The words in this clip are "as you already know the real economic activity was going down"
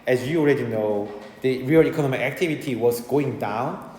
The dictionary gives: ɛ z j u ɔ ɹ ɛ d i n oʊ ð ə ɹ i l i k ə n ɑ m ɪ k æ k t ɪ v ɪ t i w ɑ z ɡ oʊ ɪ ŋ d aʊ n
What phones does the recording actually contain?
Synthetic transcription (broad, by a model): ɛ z j u ɔ ɹ ɛ d i n oʊ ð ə ɹ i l i k ə n ɑ m ɪ k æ k t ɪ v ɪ t i w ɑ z ɡ oʊ ɪ ŋ d aʊ n